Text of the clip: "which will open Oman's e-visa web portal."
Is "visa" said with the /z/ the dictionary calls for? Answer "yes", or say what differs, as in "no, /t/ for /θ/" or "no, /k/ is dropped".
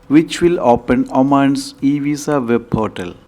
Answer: no, /s/ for /z/